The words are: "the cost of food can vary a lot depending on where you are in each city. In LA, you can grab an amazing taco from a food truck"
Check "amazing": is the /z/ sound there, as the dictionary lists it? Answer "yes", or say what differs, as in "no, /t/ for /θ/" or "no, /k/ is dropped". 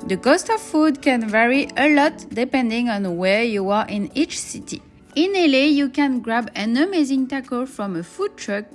yes